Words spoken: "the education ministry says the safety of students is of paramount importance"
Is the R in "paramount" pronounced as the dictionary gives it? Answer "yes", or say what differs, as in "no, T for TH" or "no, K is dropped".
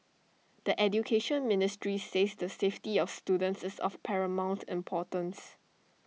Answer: yes